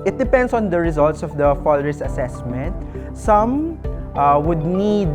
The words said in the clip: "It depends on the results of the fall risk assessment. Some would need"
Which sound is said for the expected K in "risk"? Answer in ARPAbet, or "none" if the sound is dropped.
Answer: none